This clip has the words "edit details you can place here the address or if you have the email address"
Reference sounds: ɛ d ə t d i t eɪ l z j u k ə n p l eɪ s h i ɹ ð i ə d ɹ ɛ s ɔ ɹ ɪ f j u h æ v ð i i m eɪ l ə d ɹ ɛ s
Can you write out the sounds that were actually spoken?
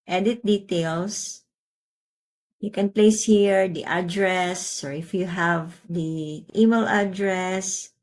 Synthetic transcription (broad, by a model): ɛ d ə t d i t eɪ l s j u k ə n p l eɪ s h i ɹ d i ə d ɹ ɛ s ɔ ɹ ɪ f j u h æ v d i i m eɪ l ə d ɹ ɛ s